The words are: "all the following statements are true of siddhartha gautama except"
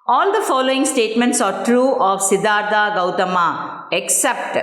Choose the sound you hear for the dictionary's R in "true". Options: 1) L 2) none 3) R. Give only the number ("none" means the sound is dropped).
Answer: 3